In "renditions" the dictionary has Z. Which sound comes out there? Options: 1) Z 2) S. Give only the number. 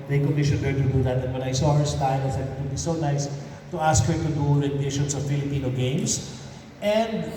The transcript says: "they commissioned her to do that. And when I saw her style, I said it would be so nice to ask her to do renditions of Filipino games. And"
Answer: 2